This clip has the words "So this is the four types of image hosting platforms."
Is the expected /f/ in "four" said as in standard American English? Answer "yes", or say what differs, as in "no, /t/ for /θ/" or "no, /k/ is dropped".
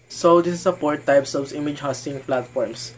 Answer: no, /p/ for /f/